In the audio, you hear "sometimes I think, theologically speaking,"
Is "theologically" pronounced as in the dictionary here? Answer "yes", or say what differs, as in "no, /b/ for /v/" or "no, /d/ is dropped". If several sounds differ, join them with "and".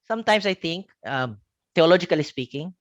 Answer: no, /t/ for /θ/